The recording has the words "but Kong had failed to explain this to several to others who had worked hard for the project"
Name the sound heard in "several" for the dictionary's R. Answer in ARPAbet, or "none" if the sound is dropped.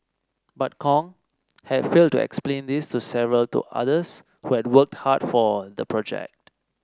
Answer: R